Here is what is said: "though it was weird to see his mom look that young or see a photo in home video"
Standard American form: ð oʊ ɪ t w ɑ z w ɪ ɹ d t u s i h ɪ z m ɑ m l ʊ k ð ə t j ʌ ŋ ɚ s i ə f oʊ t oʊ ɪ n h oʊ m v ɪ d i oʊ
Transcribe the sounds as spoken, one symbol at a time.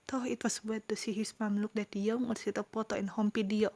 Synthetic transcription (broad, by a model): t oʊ ɪ t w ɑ s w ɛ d t u s i h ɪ s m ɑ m l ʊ k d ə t j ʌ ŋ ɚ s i ə p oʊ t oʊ ɪ n h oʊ m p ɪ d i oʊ